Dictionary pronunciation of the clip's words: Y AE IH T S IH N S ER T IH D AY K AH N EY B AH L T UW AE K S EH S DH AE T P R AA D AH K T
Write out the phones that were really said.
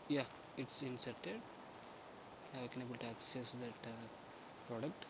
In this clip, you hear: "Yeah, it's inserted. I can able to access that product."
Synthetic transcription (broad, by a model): Y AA IH T S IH N S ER T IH D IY K AH N EY B AH L T UW AE K S EH S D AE T P R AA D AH K T